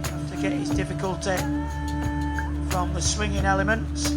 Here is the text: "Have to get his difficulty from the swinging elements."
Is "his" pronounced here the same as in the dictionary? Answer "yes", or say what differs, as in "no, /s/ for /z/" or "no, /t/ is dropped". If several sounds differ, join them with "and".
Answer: yes